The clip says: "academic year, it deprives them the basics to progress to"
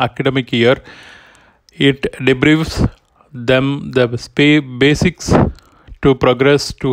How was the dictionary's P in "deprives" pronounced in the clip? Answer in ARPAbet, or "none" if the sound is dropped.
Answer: B